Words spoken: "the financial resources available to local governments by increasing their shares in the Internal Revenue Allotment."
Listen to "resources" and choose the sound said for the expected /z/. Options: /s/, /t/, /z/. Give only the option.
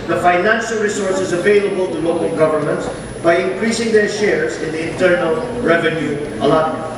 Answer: /z/